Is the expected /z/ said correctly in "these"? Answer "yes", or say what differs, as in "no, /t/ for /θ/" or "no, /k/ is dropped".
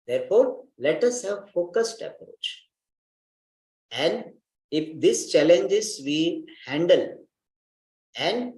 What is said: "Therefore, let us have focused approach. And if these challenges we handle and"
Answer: no, /s/ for /z/